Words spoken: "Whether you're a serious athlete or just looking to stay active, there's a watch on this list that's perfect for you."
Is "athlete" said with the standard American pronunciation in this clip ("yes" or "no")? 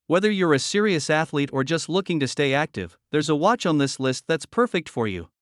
yes